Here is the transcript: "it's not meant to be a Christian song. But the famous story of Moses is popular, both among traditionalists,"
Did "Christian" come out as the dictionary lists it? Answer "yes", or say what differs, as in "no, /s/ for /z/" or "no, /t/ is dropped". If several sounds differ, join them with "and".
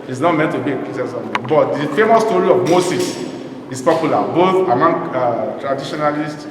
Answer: no, /tʃ/ is dropped